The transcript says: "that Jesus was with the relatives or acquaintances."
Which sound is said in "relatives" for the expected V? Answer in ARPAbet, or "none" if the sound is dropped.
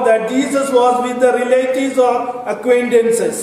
none